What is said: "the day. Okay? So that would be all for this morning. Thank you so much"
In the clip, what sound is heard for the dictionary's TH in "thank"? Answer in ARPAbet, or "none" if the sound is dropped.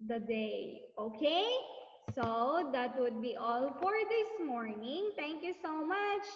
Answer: T